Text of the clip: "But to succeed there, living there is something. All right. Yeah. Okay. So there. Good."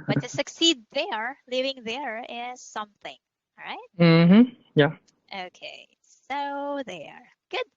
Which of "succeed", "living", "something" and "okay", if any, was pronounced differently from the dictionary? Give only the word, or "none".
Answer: none